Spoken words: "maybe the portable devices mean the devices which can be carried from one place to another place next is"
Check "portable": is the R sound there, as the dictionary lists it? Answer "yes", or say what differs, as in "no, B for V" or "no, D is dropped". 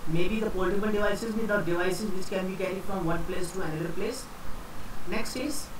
no, L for R